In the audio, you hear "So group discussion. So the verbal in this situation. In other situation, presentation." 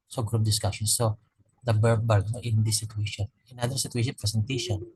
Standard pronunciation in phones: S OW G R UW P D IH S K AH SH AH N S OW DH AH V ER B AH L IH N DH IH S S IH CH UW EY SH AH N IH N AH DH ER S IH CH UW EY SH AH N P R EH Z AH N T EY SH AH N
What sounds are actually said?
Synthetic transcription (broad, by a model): S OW G R UW P D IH S K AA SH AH N S OW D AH B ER B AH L IH N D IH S S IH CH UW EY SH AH N IH N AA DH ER S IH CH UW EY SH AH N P R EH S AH N T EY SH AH N